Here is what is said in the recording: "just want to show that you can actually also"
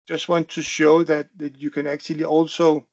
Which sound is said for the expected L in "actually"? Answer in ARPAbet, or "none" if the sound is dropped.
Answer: L